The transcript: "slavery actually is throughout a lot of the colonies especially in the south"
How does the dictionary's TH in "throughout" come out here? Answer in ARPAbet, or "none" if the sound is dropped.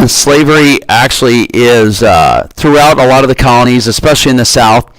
TH